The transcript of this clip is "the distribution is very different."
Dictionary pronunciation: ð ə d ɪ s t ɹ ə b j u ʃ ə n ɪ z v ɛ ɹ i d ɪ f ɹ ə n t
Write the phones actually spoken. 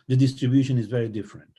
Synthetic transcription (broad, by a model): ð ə d ɪ s t ɹ ə b j u ʃ ə n ɪ z v ɛ ɹ i d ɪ f ɹ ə n t